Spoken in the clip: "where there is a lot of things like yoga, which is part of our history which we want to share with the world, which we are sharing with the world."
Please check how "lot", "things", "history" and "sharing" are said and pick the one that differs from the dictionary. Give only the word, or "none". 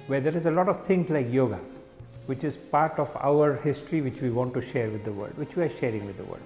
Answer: things